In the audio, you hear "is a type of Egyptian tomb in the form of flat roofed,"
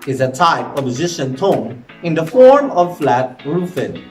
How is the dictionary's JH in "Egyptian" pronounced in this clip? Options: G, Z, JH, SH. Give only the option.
Z